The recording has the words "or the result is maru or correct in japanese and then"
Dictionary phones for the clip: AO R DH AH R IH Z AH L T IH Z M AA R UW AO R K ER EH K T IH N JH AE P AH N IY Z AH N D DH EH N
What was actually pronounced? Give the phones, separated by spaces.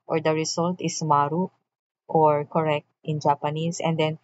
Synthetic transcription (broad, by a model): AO R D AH R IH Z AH L T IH S M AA R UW AO R K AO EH K T IH N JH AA P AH N IY S AH N D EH N